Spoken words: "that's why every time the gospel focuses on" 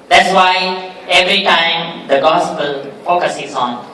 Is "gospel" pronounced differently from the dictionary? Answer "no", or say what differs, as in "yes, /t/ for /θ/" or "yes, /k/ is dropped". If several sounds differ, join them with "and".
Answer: no